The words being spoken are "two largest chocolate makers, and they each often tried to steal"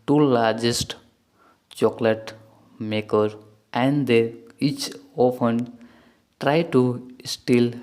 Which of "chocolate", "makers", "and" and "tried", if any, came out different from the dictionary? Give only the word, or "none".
makers